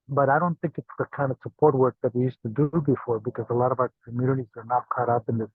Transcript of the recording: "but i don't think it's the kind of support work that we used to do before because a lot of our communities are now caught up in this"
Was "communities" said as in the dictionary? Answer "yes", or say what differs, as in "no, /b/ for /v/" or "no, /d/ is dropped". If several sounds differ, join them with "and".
yes